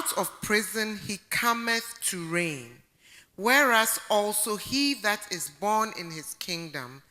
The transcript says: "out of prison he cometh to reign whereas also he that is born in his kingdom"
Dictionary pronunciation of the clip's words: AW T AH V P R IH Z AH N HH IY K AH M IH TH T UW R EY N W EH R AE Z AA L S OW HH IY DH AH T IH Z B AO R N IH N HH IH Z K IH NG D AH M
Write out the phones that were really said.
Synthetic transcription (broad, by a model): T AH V P R IH Z AH N HH IY K AH M IH TH T UW R EY N W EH R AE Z AA L S OW HH IY DH AH T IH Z B AO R N IH N HH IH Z K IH NG D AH M